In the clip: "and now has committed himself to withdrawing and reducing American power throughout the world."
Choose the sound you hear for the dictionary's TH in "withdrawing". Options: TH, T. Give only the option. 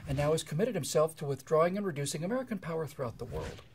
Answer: TH